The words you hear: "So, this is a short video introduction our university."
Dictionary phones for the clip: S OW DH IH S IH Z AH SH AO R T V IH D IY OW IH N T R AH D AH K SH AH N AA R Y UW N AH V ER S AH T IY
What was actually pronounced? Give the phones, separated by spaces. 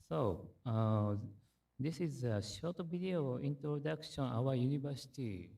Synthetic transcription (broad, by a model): S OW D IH S IH Z AH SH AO T B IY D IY OW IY N T R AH D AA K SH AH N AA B Y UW N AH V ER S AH T IY